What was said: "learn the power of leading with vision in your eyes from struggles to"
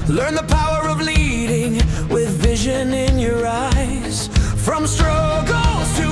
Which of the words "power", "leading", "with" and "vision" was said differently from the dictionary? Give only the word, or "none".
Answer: none